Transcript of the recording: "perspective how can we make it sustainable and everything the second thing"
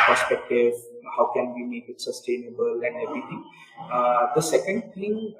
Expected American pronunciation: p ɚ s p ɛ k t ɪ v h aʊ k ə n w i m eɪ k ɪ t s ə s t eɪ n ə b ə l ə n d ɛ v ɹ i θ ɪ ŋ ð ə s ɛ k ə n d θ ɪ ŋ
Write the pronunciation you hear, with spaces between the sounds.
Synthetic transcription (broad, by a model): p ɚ s p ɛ k t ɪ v h aʊ k ə n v i m eɪ k ɪ t s ə s t eɪ n ə b ə l ə n d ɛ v ɹ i t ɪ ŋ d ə s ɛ k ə n d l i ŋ